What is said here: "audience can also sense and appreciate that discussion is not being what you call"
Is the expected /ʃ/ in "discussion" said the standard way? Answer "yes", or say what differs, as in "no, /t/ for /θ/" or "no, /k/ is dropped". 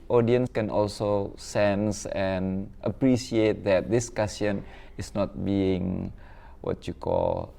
no, /s/ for /ʃ/